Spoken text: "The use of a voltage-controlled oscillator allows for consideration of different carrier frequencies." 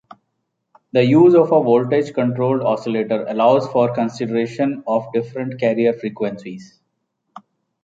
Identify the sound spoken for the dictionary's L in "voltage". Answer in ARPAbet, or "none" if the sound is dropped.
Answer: L